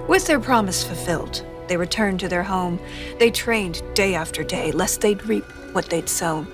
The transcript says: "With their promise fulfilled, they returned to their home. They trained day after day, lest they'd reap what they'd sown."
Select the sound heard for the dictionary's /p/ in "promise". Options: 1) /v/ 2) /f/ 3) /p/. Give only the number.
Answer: 3